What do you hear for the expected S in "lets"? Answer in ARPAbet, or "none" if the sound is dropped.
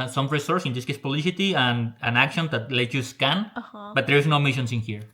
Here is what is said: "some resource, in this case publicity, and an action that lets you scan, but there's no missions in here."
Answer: none